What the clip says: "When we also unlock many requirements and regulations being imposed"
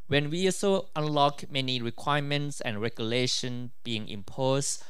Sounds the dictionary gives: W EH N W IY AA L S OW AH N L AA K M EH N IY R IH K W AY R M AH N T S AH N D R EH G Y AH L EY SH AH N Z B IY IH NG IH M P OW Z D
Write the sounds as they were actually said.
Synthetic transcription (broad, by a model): W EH N W IY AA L S OW AH N L AA K M EH N IY R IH K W AY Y M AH N T S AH N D R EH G Y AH L EY SH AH N B IY IH NG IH M P OW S